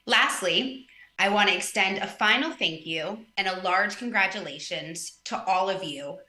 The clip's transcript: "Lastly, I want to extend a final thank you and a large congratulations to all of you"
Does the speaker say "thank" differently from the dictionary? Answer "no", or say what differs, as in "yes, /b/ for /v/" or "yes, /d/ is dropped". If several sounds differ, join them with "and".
no